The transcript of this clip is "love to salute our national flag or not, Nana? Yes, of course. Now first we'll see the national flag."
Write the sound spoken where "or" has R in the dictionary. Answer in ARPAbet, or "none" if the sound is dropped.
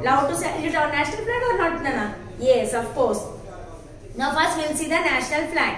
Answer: R